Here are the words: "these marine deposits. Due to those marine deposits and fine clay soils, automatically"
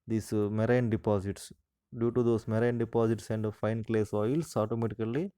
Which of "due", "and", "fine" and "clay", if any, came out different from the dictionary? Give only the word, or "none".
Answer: none